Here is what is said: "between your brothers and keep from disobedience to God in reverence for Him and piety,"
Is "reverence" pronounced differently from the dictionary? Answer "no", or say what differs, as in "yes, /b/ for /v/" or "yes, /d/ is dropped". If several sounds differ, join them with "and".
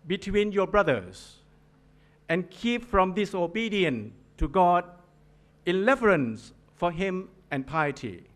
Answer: yes, /l/ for /ɹ/